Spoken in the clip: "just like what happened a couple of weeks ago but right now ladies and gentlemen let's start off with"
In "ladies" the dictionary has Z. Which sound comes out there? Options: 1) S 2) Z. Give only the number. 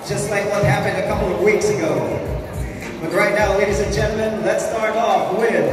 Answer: 2